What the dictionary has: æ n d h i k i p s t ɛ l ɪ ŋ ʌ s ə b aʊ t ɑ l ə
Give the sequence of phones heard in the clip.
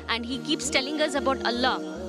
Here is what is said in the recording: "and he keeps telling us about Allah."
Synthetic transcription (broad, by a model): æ n d h i k i p s t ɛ l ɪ ŋ ʌ s ə b aʊ t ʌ l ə